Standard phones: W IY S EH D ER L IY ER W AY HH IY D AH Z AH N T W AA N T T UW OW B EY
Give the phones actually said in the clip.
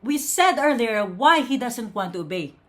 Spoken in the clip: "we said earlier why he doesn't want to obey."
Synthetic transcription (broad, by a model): W IY S EH D ER L IY ER W AY HH IY D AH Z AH N T W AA N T T UW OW B EY